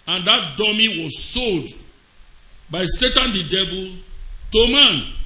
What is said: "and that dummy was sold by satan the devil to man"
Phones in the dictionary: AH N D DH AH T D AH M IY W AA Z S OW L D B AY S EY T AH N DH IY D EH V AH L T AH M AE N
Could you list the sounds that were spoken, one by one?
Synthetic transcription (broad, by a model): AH N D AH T D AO M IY W AA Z S OW L D B AY S EY T AH N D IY D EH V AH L T AH M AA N